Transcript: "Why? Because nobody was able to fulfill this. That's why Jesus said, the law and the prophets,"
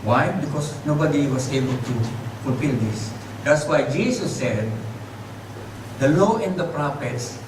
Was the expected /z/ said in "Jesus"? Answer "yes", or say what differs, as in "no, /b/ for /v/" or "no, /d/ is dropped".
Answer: no, /s/ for /z/